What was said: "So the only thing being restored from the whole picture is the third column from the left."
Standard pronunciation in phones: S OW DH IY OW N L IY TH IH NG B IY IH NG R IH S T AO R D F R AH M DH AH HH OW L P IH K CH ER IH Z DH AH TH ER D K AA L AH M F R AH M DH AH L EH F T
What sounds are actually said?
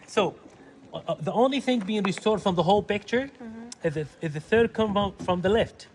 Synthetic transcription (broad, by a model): S OW DH IY OW N L IY TH IH NG B IY IH NG R IH S T AO R D F R AH M DH AH HH OW L P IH K CH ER IH Z DH AH TH ER D K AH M F R AH M DH AH L EH F T